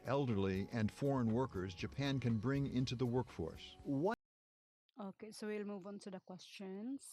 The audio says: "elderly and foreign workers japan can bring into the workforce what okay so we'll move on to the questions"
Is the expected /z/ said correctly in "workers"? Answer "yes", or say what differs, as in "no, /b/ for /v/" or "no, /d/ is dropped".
yes